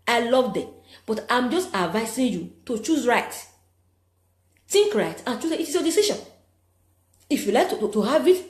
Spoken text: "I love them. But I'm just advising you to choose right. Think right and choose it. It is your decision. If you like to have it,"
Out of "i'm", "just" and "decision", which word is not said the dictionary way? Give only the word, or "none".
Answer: decision